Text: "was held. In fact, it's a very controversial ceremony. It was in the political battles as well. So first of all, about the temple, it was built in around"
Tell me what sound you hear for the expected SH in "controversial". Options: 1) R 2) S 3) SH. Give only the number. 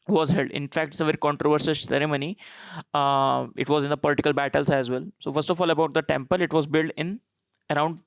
2